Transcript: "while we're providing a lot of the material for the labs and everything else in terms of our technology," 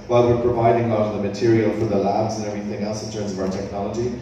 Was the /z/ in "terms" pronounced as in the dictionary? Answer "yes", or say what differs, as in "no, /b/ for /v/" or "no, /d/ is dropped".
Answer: yes